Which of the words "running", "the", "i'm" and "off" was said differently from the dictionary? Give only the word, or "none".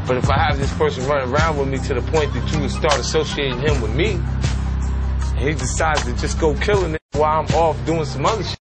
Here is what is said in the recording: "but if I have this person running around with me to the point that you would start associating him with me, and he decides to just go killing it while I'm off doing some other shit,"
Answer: running